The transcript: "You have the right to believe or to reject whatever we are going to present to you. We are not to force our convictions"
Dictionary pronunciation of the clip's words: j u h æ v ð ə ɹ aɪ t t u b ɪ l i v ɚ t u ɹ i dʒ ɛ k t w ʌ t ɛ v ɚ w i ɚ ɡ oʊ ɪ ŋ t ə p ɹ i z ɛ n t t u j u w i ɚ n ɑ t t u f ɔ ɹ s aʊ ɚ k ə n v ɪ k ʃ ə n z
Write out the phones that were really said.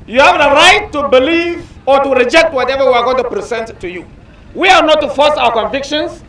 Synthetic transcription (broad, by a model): j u h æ v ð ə ɹ aɪ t t u b ɪ l i v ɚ t u ɹ i dʒ ɛ k t w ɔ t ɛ v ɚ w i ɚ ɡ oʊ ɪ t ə p ɹ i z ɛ n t t u j u w i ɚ n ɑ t t u f ɔ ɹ s aʊ ɚ k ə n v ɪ k ʃ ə n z